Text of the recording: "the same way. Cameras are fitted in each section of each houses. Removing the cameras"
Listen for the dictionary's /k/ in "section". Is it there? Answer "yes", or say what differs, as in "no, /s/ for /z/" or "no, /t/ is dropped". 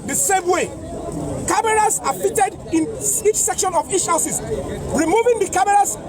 yes